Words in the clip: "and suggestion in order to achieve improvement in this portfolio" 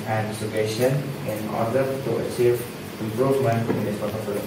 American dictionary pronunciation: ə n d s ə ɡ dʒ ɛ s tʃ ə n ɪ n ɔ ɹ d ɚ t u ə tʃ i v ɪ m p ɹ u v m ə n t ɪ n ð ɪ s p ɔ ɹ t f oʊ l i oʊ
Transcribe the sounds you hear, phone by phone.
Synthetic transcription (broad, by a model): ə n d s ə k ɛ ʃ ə n ɪ n ɔ ɹ d ɚ t u ə tʃ i v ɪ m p ɹ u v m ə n ɪ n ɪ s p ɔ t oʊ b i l